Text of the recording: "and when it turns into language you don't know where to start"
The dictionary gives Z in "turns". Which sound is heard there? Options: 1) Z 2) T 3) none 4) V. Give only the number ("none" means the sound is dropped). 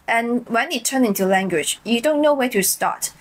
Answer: 3